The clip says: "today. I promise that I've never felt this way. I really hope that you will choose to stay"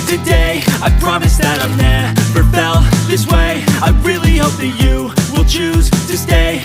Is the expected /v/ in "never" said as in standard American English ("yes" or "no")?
no